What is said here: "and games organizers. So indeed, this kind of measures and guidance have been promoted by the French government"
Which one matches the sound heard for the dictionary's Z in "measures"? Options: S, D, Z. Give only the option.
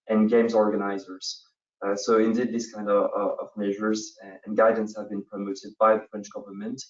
Z